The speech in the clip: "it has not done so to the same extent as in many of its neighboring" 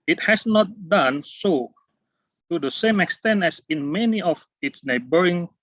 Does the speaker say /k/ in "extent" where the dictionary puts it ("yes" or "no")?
yes